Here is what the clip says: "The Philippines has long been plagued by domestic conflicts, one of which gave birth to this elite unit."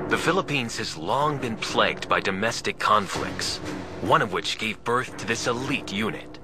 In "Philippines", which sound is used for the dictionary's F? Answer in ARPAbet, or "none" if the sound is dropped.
F